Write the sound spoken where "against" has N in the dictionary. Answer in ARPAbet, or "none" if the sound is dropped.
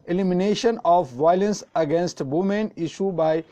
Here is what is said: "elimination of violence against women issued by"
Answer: N